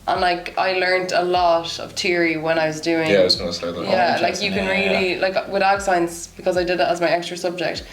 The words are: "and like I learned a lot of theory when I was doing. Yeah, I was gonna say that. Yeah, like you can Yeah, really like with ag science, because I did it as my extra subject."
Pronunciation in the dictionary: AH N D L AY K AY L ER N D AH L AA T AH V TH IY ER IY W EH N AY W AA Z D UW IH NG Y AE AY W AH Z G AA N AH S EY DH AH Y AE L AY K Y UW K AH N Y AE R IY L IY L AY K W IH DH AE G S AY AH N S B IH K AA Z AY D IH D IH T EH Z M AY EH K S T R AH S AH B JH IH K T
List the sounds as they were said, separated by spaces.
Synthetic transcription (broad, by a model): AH N L AY K AY L ER N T AH L AA T AH V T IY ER IY W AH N AY W AA Z D UW IH NG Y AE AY W AH Z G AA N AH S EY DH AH Y AE L AY K Y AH K AH N R IY L IY L AY K W IH DH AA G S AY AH N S B IH K AA Z AY D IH D IH T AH Z M AY EH K S T R AH S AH B JH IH K T